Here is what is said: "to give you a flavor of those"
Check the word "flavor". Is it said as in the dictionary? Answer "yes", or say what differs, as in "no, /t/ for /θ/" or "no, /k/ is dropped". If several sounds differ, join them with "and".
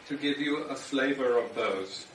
yes